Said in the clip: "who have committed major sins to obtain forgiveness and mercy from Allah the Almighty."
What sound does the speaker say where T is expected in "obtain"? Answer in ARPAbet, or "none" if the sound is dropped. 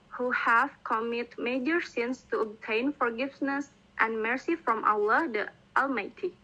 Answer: T